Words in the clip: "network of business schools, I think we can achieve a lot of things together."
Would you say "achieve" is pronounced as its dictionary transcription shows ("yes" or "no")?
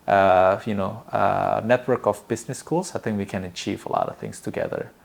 yes